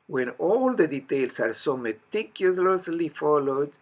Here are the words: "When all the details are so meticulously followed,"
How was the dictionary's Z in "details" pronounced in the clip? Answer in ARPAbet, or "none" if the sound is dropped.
S